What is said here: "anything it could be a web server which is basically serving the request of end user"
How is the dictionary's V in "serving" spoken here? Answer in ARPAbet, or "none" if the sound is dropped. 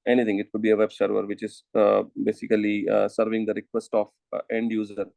V